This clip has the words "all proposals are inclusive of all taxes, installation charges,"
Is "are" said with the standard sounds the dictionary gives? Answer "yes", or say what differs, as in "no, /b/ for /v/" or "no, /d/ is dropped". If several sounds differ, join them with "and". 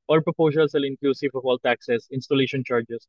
no, /l/ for /ɹ/